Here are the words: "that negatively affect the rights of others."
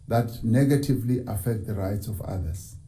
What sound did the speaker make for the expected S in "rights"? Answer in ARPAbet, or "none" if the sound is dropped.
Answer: S